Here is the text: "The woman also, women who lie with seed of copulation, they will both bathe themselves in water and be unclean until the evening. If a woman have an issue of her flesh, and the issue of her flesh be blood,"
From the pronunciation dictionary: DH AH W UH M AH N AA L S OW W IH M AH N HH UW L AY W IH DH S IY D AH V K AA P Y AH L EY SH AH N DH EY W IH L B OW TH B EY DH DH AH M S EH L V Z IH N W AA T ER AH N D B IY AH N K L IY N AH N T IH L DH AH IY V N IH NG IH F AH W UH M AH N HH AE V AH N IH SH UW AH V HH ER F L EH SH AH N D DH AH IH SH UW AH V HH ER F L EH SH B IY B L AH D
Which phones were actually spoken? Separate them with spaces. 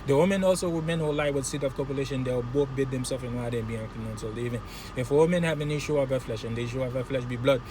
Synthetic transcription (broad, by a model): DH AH W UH M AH N AA L S OW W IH M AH N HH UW L AY W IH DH S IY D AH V K AA P Y AH L EY SH AH N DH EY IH W B OW TH B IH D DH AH M S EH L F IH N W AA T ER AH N B IY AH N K IY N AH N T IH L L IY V IH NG IH F AH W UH M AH N HH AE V AH N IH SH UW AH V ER F L EH SH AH N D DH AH IH SH UW AH V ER F L EH SH B IY B L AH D